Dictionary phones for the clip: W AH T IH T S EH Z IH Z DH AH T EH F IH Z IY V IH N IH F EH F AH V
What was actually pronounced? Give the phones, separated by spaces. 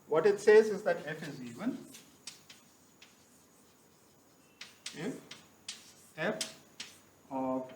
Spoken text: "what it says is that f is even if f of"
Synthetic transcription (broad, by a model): W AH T IH T S EH Z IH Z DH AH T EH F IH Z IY W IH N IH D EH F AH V